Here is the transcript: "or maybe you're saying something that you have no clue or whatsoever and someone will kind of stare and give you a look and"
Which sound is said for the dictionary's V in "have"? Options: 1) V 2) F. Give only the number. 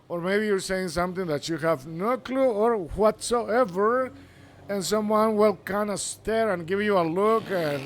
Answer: 1